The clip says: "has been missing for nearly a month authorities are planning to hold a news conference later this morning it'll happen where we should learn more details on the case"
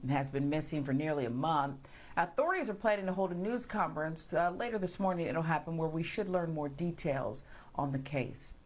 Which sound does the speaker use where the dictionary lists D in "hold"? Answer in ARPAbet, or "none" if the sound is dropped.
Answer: D